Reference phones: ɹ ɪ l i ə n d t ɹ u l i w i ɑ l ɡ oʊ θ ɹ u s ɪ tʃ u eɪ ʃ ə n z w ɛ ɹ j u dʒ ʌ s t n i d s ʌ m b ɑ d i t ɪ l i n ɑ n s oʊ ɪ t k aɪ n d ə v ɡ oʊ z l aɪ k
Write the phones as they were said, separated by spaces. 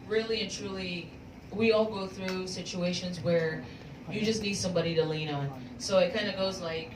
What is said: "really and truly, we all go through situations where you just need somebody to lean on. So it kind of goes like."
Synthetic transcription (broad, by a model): ɹ ɪ l i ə n t ɹ u l i w i ɑ l ɡ oʊ θ ɹ u s ɪ tʃ u eɪ ʃ ə n z w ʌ ɹ j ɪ dʒ ʌ s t n i d s ʌ m b ɑ d i t ɪ l i n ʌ n s oʊ ɪ t k aɪ n d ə ɡ oʊ z l aɪ k